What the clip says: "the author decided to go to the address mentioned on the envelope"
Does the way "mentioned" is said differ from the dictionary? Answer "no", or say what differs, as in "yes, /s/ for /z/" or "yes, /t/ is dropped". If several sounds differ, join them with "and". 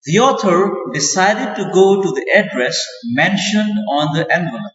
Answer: no